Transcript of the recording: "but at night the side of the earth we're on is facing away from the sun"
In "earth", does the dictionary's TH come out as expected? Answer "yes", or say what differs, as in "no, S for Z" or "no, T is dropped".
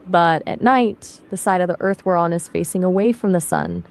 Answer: yes